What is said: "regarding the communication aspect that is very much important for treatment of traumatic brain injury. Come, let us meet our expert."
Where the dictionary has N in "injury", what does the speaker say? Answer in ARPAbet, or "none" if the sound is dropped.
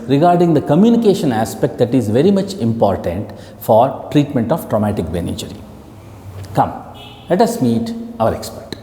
none